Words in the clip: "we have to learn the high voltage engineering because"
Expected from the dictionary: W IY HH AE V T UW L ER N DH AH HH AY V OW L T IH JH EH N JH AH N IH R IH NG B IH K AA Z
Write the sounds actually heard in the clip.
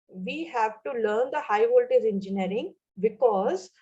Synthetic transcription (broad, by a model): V IY HH AE V T UW L ER N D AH HH AY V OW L T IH Z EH N JH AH N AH R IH NG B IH K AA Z